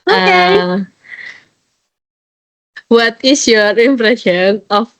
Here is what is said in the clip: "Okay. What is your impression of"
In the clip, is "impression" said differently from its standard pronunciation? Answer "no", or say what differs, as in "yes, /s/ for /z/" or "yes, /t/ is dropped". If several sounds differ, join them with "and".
no